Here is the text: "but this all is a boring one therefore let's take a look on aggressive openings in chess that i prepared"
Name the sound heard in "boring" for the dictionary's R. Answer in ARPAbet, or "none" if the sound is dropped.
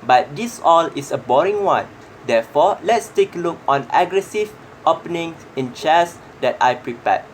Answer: R